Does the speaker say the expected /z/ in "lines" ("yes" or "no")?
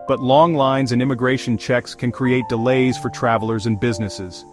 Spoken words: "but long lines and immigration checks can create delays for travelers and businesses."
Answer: yes